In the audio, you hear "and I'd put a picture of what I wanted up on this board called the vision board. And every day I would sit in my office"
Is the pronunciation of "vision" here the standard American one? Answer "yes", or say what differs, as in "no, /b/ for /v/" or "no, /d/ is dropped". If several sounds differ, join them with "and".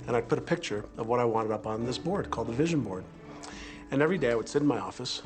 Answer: yes